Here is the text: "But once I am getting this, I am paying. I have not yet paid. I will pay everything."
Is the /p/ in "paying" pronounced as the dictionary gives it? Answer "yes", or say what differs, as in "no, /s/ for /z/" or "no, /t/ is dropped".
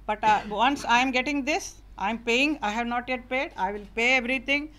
yes